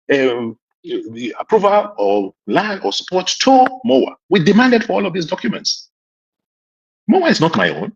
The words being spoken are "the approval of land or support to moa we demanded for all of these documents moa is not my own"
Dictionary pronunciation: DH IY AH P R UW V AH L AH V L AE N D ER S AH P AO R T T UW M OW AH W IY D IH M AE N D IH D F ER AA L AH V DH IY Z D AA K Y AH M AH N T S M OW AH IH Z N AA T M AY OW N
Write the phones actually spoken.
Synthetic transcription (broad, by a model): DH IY AH P R UW V AH L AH L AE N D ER S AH P AO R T T UW M OW AH W IY D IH M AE N D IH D F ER AA L AH V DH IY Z D AA K Y AH M AH N T S M OW AH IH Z N AA T M AY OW N